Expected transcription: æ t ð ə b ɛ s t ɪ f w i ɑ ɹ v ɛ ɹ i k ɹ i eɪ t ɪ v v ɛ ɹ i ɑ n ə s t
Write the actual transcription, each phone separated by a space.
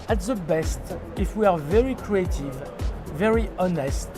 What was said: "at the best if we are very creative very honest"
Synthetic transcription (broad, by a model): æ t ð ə b ɛ s t ɪ f w i ɑ ɹ v ɛ ɹ i k ɹ i eɪ t ɪ v v ɛ ɹ i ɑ n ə s t